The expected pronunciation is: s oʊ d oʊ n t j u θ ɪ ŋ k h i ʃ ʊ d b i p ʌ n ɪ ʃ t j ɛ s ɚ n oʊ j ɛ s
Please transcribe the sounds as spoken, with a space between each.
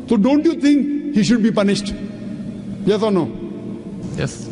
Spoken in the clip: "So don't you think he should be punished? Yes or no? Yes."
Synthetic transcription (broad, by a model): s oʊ d oʊ n t j u t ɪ ŋ k h i ʃ ʊ d b i p ʌ n ɪ ʃ t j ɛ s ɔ n oʊ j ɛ s